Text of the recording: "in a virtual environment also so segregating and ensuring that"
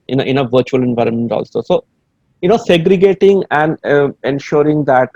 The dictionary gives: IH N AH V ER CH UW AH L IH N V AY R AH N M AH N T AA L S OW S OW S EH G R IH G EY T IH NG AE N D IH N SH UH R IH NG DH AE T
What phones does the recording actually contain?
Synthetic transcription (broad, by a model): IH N AH V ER CH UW AH L IH N V AY R AH N M AH N T AA L S OW S OW S EH G R IH G EY T IH NG AE N D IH N SH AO R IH NG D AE T